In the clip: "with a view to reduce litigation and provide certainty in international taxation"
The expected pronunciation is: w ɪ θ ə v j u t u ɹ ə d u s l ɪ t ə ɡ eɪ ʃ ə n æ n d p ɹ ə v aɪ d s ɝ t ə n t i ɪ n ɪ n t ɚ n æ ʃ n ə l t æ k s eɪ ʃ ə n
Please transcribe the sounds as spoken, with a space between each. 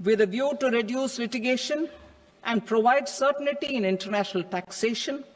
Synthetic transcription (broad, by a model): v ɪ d ə v j u t u ɹ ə d u s l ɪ t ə ɡ eɪ ʃ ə n æ n d p ɹ ə v aɪ d s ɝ t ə n t i ɪ n ɪ n t ɚ n æ ʃ n ə l t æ k s eɪ ʃ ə n